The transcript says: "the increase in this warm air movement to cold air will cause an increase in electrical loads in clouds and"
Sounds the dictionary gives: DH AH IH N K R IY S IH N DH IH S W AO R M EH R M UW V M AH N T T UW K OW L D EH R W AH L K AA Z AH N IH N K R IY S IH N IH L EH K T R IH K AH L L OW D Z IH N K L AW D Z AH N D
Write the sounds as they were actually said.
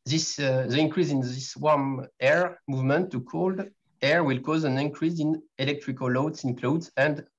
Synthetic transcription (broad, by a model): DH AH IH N K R IY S IH N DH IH S W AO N EH R M UW V M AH N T T UW K OW L D EH R W AH L K AA Z AH N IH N K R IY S IH N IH L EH K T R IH K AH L L OW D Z IH N K L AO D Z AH N D